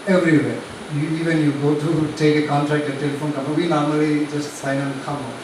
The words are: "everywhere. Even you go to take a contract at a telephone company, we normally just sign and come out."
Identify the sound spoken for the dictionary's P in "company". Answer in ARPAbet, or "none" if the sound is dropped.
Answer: none